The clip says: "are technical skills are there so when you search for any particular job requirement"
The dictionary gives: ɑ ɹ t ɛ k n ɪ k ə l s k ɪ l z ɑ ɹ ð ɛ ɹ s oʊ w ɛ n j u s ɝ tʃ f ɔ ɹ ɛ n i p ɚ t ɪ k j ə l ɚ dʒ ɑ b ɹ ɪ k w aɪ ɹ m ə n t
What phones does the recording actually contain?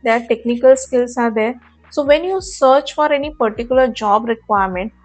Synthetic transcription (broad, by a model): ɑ ɹ t ɛ k n ɪ k ə l s k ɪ l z ɑ ɹ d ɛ ɹ s oʊ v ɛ n j u s ɝ tʃ f ɔ ɹ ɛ n i p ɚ t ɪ k j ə l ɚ dʒ ɑ b ɹ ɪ k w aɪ ɹ m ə n t